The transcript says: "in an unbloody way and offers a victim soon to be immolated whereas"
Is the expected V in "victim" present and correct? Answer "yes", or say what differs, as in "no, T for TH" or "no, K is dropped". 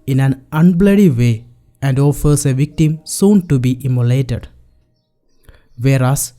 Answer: yes